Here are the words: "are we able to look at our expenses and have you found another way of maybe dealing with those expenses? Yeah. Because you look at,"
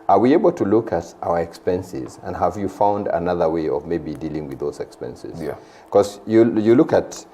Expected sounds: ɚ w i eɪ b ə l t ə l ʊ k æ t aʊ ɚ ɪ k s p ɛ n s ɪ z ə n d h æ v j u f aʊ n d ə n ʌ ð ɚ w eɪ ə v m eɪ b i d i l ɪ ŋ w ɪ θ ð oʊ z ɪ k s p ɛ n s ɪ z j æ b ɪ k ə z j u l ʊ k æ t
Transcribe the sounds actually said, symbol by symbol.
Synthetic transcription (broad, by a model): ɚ w i eɪ b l t ə l ʊ k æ t aʊ ɚ ɪ k s p ɛ n s ɪ z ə n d h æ v j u f aʊ n d ə n ʌ ð ɚ w eɪ ə v m eɪ b i d i l ɪ ŋ w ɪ ð oʊ z ɪ k s p ɛ n s ɪ z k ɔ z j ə j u l ʊ k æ t